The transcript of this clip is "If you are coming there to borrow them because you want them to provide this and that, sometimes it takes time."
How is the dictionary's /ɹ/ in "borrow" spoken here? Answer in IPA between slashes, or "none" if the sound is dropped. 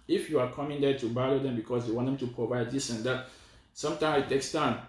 /l/